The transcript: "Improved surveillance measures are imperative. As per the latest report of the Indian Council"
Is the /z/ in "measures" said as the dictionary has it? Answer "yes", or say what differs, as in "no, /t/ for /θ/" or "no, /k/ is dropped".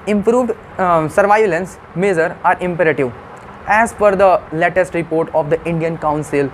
no, /z/ is dropped